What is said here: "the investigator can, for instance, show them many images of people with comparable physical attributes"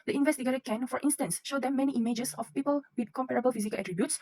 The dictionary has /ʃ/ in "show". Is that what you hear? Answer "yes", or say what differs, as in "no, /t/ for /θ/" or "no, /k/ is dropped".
yes